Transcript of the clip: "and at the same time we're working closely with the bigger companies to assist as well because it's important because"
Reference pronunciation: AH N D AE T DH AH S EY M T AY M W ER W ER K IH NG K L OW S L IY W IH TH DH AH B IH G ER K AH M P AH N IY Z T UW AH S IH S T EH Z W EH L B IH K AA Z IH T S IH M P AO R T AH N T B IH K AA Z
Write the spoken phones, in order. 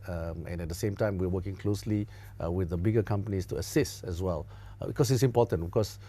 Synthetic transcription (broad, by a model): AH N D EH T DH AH S EY M T AY M W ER W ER K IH NG K L OW S L IY W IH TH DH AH B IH G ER K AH M P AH N IY S T UW AH S IH S T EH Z W EH L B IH K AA S IH T S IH M P AO T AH N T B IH K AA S